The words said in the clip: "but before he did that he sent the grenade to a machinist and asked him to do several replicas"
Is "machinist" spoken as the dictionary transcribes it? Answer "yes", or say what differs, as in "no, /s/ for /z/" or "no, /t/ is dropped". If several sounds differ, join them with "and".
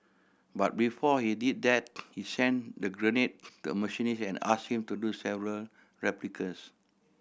no, /t/ is dropped